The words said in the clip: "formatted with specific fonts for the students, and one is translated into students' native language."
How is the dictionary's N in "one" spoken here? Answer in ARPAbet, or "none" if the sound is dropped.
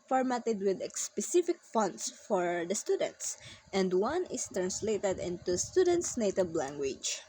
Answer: N